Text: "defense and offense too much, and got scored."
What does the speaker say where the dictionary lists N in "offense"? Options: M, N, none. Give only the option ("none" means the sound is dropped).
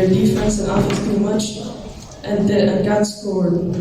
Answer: none